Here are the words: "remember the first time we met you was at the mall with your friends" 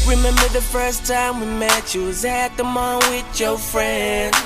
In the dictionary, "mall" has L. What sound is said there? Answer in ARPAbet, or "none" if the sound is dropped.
N